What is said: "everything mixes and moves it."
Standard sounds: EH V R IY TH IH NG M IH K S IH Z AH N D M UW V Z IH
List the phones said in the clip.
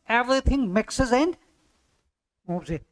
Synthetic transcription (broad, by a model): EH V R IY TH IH NG M IH K S IH Z AH N D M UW B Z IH